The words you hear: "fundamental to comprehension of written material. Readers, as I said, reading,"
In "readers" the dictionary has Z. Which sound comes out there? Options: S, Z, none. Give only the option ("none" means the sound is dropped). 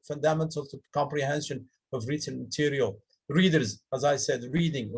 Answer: Z